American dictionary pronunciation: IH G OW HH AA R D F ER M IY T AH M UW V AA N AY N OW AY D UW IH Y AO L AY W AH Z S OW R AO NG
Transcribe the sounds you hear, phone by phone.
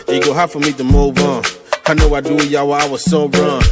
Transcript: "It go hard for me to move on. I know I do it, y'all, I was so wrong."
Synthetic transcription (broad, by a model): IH G OW HH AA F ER M IY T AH M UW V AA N AY N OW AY D UW IH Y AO W AY W AH Z S OW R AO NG